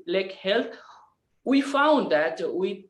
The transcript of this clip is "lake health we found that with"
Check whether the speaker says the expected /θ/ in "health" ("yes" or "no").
no